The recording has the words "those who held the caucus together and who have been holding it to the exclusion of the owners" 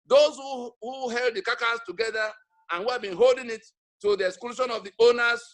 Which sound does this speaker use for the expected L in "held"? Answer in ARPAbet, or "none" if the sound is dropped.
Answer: L